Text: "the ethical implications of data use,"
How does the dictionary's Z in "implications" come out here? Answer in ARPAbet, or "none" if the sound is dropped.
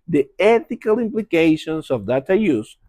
S